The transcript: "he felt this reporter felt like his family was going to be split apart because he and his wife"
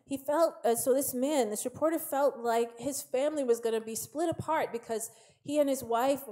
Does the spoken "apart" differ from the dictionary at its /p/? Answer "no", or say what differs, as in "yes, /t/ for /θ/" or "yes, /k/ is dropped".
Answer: no